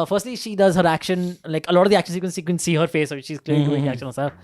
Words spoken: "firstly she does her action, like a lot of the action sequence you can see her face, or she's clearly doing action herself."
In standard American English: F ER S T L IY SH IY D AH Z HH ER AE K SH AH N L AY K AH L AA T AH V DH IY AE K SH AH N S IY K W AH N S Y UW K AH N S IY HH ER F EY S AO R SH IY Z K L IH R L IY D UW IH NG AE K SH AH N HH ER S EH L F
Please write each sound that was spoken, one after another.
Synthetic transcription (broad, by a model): F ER S T L IY SH IY D AH Z HH ER AE K SH AH N L AY K AH L AA T AH V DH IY AE K SH AH N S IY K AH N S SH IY K AH N S IY HH ER F EY S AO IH SH IY Z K L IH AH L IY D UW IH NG AE K SH AH N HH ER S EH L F